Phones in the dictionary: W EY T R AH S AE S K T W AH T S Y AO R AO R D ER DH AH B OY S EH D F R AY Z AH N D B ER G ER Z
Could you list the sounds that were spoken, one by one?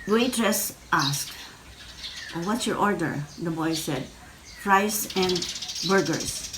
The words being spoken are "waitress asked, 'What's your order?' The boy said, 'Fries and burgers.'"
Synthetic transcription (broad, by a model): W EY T R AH S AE S K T W AH T S Y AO R AO R D ER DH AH B OY S EH D P R AY S AH N D B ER G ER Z